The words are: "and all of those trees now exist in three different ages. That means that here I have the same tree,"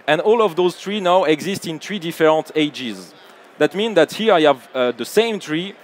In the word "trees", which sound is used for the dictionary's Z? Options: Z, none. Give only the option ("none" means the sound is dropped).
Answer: none